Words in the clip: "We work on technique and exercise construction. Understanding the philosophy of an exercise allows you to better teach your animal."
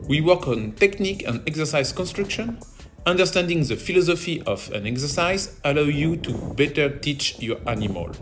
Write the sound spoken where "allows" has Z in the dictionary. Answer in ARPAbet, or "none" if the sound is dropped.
none